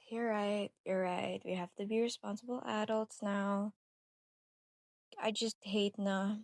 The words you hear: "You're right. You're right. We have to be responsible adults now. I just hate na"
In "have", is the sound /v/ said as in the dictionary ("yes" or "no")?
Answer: no